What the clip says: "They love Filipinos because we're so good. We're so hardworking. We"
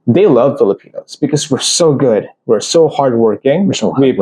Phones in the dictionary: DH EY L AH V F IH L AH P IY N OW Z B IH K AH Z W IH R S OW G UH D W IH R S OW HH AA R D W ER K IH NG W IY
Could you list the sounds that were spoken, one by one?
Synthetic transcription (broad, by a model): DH EY L AH V F IH L AH P IY N OW Z B IH K AH Z W IH R S OW G UH D W IH R S OW HH AA R D W ER K IH NG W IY